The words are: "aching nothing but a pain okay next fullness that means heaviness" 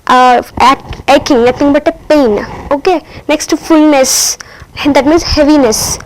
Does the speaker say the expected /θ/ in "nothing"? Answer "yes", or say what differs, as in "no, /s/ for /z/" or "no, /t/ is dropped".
no, /t/ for /θ/